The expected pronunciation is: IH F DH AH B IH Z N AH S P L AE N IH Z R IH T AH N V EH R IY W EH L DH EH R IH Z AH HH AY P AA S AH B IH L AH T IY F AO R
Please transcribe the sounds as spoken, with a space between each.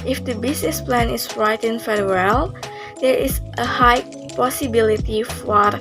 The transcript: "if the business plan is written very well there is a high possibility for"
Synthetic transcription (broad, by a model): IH F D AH B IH S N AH S P L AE N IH S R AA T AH N F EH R W EH L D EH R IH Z AH HH AY P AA S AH B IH L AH T IY F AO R